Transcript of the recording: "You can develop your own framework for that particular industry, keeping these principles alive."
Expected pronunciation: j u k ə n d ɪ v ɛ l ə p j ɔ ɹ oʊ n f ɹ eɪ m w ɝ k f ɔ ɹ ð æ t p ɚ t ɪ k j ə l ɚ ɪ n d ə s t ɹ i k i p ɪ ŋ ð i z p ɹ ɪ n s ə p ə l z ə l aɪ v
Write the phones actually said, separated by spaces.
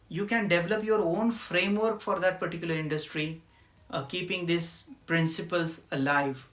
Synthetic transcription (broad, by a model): j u k ə n d ɪ v ɛ l ə p j ɔ ɹ oʊ n f ɹ eɪ m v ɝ k f ɔ ɹ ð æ t p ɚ t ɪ k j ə l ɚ ɪ n d ə s t ɹ i k i p ɪ ŋ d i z p ɹ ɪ n s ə p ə l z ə l aɪ v